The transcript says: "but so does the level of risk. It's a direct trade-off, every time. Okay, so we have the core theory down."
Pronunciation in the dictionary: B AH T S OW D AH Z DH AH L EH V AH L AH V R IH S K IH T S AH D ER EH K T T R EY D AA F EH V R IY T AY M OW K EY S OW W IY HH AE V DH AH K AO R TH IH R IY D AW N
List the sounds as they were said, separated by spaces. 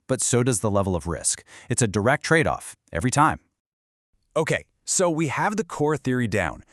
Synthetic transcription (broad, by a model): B AH T S OW D AH Z DH AH L EH V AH L AH V R IH S K IH T S AH D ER EH K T T R EY D AA F EH V R IY T AY M OW K EY S OW W IY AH V DH AH K AO R TH IH R IY D AW N